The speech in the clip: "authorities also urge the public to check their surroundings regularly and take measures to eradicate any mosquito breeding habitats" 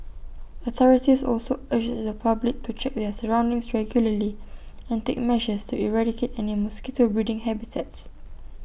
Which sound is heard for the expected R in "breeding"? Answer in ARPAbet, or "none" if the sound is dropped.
none